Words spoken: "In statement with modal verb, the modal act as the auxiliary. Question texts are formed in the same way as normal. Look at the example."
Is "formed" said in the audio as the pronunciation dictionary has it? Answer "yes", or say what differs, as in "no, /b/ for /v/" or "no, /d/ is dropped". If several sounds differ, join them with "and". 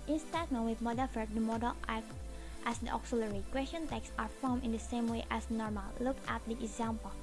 no, /d/ is dropped